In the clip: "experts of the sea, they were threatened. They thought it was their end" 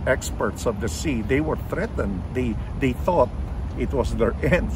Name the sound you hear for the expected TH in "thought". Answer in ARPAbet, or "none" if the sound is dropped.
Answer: TH